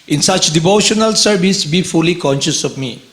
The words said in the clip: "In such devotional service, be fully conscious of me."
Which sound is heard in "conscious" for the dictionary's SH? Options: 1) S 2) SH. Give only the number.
2